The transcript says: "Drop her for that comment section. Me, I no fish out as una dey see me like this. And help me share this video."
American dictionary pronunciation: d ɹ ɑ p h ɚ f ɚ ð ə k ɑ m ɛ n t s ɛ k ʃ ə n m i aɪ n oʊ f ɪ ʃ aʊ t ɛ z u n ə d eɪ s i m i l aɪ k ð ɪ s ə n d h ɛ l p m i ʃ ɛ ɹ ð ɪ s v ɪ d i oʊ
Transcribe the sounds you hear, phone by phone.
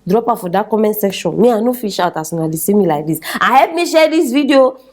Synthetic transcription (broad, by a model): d ɹ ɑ p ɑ f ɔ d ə k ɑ m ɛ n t s ɛ k ʃ ə n m i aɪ n oʊ f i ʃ aʊ t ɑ s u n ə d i s i m i l aɪ k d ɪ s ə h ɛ p m i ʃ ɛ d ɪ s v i d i oʊ